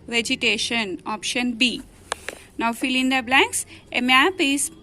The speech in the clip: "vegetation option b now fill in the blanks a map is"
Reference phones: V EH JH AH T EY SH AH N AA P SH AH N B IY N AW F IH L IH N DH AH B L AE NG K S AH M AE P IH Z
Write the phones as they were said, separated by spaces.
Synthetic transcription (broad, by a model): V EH JH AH T EY SH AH N AA P SH AH N B IY N AW F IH L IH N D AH B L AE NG K S AH M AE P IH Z